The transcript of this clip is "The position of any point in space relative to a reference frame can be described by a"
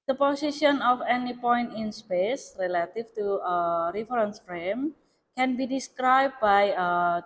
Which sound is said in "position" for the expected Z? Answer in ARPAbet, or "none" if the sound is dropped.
S